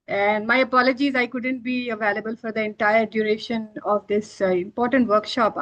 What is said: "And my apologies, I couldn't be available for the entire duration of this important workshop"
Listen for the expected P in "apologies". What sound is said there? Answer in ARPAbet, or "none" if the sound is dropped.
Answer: P